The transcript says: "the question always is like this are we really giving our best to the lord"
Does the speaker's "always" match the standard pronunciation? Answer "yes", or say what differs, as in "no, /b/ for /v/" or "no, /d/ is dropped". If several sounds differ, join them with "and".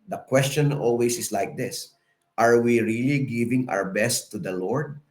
no, /s/ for /z/